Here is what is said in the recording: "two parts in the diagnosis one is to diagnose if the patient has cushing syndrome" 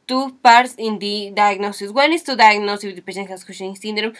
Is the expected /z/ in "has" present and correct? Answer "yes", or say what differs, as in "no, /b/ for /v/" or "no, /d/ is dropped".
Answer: no, /s/ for /z/